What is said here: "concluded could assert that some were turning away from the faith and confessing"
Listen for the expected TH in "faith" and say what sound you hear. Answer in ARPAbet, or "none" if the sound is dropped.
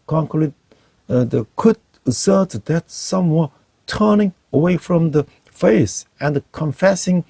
S